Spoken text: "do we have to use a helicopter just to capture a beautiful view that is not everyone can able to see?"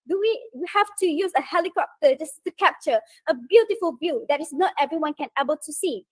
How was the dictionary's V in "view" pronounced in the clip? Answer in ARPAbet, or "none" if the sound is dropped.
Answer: B